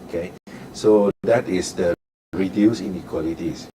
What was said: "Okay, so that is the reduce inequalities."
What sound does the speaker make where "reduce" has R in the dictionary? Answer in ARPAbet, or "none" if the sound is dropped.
R